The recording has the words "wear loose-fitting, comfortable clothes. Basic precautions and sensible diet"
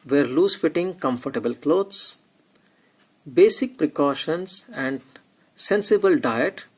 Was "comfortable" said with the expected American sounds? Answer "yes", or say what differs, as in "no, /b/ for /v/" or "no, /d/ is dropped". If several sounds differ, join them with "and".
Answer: yes